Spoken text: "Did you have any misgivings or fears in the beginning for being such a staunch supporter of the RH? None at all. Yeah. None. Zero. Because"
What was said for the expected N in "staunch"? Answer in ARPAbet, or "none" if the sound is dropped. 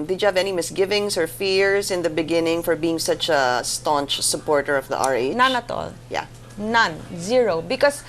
N